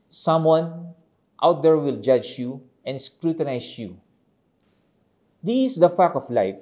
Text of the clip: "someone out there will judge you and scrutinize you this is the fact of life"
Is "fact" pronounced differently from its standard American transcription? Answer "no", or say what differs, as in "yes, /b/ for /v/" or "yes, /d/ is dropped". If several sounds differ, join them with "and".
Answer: yes, /t/ is dropped